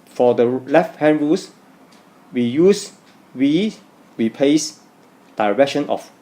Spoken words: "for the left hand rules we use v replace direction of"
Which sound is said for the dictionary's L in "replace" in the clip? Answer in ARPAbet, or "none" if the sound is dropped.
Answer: none